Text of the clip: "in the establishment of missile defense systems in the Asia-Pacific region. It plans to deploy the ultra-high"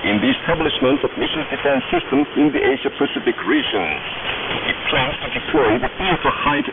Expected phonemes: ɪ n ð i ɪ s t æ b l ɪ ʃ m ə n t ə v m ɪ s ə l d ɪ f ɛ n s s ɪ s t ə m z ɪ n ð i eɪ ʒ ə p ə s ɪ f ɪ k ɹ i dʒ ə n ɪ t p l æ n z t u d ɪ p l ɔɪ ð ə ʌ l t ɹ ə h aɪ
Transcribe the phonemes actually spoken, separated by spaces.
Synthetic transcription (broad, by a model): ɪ n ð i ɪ s t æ b l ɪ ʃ m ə n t ə v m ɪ ʃ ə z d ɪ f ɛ n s s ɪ s t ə m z ɪ n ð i eɪ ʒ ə p ə s ɪ f ɪ k ɹ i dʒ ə n ɪ t p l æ n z t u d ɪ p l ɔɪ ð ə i t ə h aɪ